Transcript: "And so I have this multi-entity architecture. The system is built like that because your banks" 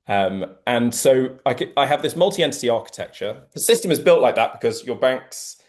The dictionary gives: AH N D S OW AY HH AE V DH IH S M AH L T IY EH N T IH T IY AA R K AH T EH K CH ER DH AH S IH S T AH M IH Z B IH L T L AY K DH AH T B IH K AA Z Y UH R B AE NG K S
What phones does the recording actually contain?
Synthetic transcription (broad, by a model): AH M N S OW AY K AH V DH IH S M AH L T IY EH N T IH T IY AA K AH T EH K CH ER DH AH S IH S T AH M IH Z B IH L T L AY K DH AH T B IH K AA Z Y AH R B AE NG K S